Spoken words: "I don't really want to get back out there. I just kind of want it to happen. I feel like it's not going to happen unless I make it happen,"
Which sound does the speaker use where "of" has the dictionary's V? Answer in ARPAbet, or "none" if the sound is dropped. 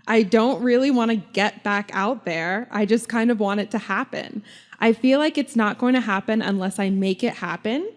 V